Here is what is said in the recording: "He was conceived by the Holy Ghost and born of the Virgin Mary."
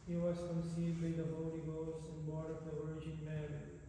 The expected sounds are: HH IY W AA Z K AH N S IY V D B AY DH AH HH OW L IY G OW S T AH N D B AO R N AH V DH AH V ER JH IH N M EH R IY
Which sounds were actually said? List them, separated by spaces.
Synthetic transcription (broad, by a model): HH IY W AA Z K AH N S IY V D B AY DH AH HH OW L IY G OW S AH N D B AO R AH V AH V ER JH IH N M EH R